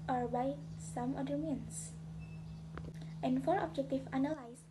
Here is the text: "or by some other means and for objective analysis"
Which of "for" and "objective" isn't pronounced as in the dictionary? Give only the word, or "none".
objective